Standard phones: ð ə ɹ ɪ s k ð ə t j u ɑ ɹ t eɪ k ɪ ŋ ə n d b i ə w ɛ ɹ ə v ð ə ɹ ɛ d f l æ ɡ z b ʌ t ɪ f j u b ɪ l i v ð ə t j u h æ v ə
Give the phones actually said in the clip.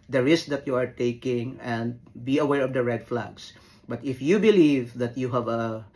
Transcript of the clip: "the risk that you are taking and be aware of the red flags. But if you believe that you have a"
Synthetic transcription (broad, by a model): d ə ɹ ɪ s k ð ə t j u ɑ ɹ t eɪ k ɪ ŋ ə n d b i ə w ɛ ɹ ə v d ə ɹ ɛ d f l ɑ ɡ s b ʌ t ɪ f j u b ɪ l i v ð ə t j u h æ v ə